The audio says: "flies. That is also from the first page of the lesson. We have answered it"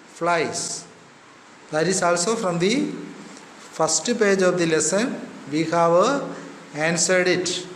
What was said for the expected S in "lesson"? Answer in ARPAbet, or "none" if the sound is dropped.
S